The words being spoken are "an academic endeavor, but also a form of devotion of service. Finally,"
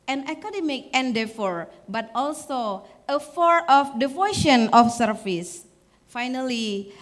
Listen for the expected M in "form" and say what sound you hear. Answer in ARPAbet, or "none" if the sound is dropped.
none